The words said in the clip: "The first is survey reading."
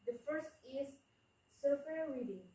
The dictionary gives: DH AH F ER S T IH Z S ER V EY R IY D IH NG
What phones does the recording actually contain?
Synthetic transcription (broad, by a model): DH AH F ER S T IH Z S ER W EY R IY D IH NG